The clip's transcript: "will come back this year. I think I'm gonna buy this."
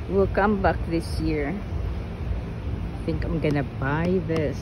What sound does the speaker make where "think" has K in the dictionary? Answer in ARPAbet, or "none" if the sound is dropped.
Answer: K